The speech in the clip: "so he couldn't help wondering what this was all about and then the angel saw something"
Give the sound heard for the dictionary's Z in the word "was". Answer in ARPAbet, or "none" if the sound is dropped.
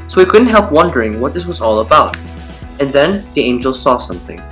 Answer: Z